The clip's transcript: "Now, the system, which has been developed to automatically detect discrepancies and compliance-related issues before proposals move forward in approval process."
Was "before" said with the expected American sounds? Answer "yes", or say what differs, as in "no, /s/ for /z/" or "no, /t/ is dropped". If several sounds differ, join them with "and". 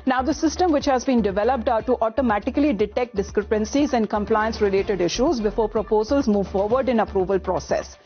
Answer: yes